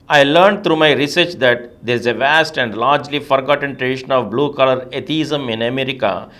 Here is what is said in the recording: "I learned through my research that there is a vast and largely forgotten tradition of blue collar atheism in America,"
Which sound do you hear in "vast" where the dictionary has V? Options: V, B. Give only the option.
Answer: V